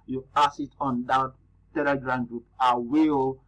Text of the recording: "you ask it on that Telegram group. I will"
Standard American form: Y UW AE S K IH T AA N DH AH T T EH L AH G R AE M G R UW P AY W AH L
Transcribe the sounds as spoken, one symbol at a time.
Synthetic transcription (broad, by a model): Y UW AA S IH T AA N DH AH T T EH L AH G R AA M G R UW P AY W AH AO